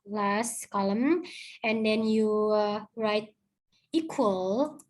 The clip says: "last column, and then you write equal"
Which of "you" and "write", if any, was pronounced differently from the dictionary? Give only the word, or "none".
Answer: none